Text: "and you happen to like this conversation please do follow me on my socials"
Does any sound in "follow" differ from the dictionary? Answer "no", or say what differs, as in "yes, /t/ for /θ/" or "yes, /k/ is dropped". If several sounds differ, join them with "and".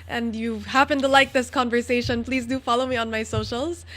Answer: no